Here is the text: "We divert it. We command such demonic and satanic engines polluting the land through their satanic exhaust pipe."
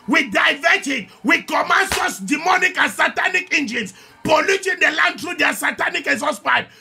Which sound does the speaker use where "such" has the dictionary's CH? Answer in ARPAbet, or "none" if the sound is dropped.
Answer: S